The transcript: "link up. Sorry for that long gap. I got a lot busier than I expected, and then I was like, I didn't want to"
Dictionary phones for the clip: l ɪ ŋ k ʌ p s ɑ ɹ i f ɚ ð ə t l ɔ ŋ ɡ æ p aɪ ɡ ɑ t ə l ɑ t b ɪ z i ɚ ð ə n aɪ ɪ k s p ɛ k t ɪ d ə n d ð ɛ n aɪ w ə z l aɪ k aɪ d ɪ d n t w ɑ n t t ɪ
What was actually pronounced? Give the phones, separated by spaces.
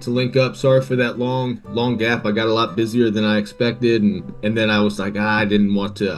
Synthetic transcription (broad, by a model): l ɪ ŋ k ʌ p s ɑ ɹ i f ɚ ð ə t l ɔ ŋ ɡ æ p aɪ ɡ ɑ t ə l ɑ t b ɪ z i ɚ ð ə n aɪ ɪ k s p ɛ k t ɪ d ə n ð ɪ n aɪ w ə z l aɪ k aɪ d ɪ d n t w ɑ n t t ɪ